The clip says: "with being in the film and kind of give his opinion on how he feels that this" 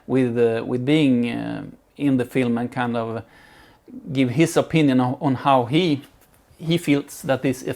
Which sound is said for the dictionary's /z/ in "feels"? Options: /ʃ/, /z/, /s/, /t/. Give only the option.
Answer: /s/